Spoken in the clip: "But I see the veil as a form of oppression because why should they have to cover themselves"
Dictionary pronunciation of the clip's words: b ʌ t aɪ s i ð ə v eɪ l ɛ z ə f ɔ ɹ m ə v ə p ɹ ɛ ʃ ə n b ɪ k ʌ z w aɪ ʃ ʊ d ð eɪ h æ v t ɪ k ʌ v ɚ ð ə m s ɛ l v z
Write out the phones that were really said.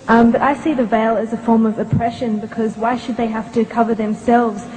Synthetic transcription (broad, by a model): b ʌ t aɪ s i ð ə v eɪ l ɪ z ə f ɔ ɹ m ə v ə p ɹ ɛ ʃ ə n b ɪ k ʌ z w aɪ ʃ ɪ d ð eɪ h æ f t ɪ k ʌ v ɚ ð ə m s ɛ l v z